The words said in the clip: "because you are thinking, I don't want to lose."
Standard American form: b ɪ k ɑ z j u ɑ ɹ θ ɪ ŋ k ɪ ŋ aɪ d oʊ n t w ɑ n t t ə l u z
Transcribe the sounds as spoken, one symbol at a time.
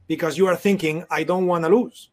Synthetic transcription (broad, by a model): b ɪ k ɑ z j u ɑ ɹ θ ɪ ŋ k ɪ ŋ aɪ d oʊ n t w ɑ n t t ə l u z